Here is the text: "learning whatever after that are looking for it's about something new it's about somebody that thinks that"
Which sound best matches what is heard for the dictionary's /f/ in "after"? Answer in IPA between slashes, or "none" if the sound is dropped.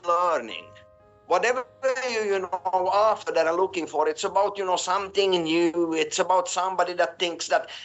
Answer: /f/